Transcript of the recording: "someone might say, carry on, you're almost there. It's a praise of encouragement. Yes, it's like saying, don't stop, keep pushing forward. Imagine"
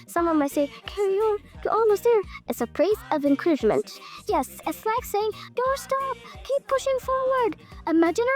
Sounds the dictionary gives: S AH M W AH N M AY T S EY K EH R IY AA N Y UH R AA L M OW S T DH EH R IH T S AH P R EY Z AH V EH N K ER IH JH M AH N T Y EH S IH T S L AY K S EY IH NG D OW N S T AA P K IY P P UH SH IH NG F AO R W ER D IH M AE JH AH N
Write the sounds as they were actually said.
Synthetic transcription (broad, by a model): S AH M W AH N M AY T S EY K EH R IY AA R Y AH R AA L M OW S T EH R IH T S AH P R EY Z AH V EH N K ER IH JH M AH N T Y EH S IH T S L AY K S EY IH NG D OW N S T AA P K IY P P UH SH IH NG F AO R W ER D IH M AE JH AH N